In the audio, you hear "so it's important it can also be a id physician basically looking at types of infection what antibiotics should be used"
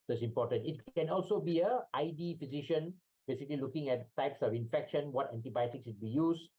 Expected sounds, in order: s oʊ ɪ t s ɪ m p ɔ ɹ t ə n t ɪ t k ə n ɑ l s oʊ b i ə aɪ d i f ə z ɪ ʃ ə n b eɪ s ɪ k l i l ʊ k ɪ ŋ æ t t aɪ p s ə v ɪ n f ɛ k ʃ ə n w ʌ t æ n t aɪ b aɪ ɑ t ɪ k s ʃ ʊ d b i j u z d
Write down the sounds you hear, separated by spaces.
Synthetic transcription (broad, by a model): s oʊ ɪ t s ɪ m p ɔ t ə n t ɪ t k ə n ɑ l s oʊ b i ə aɪ d i f ə z ɪ ʃ ə n b eɪ s ɪ k l i l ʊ k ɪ ŋ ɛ t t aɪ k s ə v ɪ n f ɛ k ʃ ə n w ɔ t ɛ n t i b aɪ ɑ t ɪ k s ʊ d b i j u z